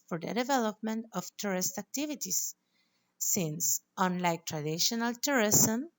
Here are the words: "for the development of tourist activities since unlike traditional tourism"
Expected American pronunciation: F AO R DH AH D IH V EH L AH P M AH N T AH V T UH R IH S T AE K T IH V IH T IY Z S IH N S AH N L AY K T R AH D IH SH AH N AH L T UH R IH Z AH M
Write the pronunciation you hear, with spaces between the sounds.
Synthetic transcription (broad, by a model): F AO R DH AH D IH V EH L AH P M AH N T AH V T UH R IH S T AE K T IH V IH T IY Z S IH N S AH N L AY K T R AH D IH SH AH N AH L T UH R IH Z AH M